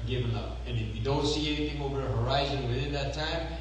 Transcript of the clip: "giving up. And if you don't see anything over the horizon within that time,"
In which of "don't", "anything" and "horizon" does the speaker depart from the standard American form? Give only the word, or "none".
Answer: none